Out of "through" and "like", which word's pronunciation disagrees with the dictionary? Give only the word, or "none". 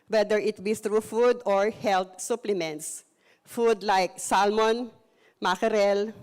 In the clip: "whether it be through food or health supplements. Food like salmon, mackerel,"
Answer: through